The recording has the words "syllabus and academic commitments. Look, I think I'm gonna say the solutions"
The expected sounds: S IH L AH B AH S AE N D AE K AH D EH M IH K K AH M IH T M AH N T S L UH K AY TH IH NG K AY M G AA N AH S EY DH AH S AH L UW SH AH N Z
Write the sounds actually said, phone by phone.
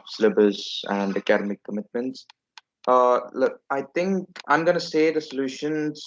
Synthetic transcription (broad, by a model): S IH L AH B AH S AE N D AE K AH D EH M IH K K AH M IH T M AH N T S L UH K AY T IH NG K AY M G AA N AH S EY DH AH S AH L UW SH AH N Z